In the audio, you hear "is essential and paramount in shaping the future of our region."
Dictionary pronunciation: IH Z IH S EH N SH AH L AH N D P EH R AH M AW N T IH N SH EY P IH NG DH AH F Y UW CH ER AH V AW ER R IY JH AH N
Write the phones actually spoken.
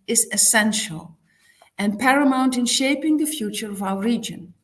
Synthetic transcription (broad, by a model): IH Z IH S EH N SH AH L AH N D P EH R AH M AW N T IH N SH EY P IH NG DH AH F Y UW CH ER AH V AW ER R IY JH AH N